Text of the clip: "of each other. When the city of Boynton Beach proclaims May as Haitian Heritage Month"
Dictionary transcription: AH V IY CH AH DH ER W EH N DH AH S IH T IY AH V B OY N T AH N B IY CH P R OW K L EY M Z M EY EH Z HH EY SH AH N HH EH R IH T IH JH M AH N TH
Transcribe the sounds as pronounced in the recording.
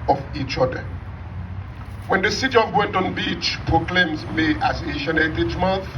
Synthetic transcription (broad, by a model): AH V IY CH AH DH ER W EH N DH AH S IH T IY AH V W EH N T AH N B IY CH P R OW K L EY M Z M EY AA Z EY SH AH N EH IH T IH CH M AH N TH